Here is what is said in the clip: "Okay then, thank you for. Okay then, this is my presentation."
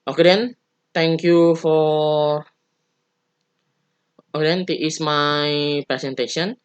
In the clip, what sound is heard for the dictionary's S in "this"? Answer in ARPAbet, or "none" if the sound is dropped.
none